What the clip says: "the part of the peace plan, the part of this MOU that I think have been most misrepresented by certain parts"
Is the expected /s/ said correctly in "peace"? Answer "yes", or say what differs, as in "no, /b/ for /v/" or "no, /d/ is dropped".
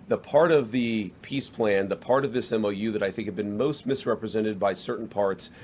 yes